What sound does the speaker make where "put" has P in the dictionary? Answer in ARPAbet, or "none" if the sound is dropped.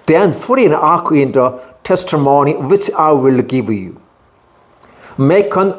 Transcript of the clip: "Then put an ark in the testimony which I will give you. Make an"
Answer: F